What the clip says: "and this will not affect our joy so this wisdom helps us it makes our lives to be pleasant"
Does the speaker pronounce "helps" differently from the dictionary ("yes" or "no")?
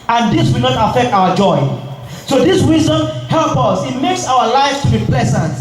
yes